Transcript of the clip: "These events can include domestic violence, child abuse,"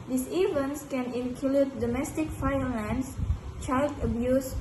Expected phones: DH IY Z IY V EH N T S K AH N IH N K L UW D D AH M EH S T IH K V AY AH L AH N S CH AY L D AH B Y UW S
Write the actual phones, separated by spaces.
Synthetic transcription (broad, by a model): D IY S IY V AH N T S K AH N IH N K L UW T D AH M EH S T IH K F AY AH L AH N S CH AY L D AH B Y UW S